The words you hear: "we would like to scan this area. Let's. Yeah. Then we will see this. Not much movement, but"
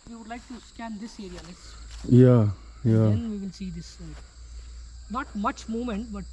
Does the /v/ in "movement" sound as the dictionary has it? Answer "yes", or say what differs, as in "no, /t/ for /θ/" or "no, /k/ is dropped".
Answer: no, /v/ is dropped